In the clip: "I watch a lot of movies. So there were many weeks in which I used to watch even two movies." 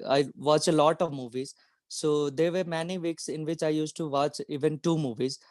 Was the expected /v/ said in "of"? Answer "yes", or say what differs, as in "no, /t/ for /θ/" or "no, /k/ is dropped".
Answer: yes